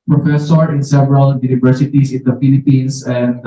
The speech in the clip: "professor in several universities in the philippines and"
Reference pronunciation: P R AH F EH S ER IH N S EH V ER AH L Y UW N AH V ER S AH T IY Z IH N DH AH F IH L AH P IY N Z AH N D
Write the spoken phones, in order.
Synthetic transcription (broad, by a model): P R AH F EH S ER IH N S EH V ER AH L Y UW N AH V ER S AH T IY S IH N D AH F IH L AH P IY N S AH N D